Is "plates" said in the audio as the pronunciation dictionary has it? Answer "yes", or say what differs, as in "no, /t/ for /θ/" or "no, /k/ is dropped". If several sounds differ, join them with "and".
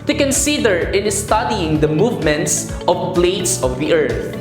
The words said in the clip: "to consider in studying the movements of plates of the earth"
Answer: no, /b/ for /p/